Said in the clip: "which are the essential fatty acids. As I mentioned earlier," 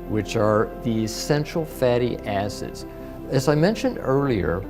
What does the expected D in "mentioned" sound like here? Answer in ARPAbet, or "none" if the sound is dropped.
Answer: D